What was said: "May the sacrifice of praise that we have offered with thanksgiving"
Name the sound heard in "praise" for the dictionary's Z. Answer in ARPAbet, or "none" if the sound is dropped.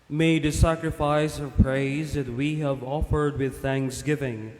Z